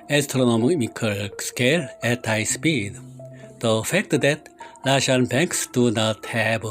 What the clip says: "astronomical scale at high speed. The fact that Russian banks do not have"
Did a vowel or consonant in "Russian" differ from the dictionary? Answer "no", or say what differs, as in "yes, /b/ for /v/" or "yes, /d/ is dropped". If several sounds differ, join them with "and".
yes, /l/ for /ɹ/